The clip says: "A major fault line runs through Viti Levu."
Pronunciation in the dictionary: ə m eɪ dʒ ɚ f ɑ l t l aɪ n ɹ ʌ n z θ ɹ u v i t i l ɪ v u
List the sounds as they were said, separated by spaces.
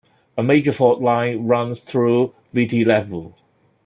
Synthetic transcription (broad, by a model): ə m eɪ dʒ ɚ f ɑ t l aɪ n ɹ ʌ n z θ ɹ u v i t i l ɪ v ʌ